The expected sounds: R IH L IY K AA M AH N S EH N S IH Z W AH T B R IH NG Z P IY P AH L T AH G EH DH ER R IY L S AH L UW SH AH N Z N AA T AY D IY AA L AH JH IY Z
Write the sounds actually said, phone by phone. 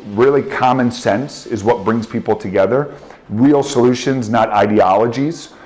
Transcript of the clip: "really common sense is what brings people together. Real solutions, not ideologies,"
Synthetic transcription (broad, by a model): R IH L IY K AA M AH N S EH N S IH Z W AH T B R IH NG Z P IY P L T AH G EH DH ER R IY L S AH L UW SH AH N Z N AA T AY D IY AA L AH JH IY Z